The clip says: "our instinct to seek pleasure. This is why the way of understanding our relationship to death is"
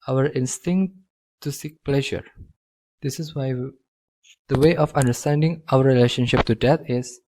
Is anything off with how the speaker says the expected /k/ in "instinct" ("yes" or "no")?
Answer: no